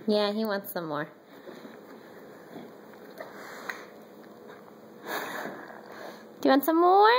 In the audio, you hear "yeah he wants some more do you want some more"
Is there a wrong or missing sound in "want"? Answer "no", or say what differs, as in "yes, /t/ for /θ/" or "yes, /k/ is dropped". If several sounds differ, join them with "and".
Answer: no